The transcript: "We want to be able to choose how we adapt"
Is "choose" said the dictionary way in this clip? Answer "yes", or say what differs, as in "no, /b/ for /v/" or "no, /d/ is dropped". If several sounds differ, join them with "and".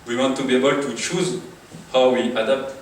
yes